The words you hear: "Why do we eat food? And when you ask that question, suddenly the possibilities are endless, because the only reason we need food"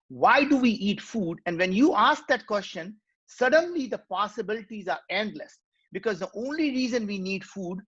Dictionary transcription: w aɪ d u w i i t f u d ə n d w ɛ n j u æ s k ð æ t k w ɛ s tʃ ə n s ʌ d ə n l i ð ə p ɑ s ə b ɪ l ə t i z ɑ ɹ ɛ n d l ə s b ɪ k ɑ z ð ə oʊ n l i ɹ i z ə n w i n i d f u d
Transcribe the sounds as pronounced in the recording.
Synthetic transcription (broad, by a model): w aɪ d u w i i t f u d ə n d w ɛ n j u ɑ s k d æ t k w ɛ s tʃ ə n s ʌ d ə n l i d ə p ɑ s ə b ɪ l ə t i z ɑ ɹ ɛ n d l ə s b ɪ k ɑ z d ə oʊ n l i ɹ i z ə n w i n i d f u d